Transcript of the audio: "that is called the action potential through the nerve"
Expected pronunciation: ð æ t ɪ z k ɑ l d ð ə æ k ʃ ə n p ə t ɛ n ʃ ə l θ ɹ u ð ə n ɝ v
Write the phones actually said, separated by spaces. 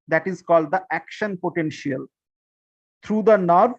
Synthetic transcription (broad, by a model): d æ t ɪ z k ɑ l d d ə æ k ʃ ə n p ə t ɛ n ʃ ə l t ɹ u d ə n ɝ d